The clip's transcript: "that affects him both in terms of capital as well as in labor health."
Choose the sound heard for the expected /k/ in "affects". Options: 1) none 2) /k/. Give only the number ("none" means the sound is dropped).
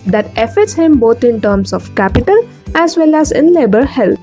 1